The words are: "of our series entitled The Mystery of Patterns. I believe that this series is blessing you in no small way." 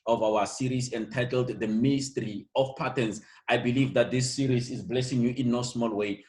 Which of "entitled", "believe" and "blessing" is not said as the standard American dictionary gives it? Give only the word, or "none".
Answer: none